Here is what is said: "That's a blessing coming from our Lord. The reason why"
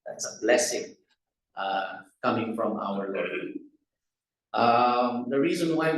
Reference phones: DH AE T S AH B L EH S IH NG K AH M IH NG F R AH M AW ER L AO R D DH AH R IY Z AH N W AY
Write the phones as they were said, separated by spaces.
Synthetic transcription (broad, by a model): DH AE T S AH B L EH S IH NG K AH M IH NG F R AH M AW ER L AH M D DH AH R IY Z AH N W AY